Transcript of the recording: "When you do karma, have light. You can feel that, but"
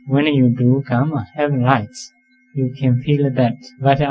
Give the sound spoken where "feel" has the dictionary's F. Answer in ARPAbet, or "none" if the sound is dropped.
F